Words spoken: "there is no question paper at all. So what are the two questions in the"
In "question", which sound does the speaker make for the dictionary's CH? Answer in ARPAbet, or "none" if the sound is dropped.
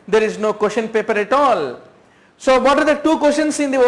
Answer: SH